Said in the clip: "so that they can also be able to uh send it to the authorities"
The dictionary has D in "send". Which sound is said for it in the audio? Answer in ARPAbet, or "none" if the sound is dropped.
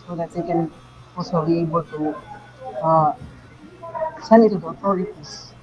none